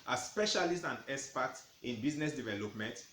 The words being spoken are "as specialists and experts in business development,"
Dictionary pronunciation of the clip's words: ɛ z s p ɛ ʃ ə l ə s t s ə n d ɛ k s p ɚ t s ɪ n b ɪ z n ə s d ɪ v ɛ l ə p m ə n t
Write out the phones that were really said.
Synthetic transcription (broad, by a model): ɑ s p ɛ ʃ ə l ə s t ə n d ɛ s p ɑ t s ɪ n b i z n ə s d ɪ v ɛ l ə p m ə n t